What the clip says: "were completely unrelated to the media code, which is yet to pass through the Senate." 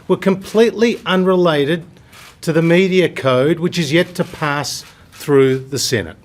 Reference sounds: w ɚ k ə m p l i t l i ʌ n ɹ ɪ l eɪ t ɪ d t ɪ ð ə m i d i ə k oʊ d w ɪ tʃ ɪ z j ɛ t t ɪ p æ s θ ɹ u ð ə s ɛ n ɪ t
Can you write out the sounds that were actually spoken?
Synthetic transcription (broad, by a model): w ɚ k ə m p l i t l i ʌ n ɹ ɪ l eɪ t ɪ d t ɪ ð ə m i d i ə k oʊ d w ɪ tʃ ɪ z j ɛ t t ɪ p æ s θ ɹ u ð ə s ɛ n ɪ t